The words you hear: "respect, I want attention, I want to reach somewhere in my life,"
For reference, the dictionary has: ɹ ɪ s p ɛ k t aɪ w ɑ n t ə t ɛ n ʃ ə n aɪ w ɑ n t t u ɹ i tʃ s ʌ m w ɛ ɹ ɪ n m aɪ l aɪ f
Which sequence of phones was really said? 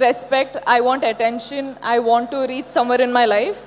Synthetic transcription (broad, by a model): ɹ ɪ s p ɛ k t aɪ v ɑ n t ə t ɛ n ʃ ə n aɪ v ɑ n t t u ɹ i tʃ s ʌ m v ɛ ɹ ɪ n m aɪ l aɪ f